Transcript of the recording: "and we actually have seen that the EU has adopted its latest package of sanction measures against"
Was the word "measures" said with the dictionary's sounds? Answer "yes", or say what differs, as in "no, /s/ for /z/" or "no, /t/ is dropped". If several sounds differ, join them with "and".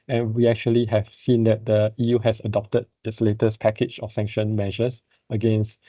no, /s/ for /z/